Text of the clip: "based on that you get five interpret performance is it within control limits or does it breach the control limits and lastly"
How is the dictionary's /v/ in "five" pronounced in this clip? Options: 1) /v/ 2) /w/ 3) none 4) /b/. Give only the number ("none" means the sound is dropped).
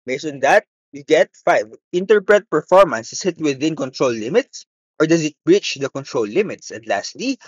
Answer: 1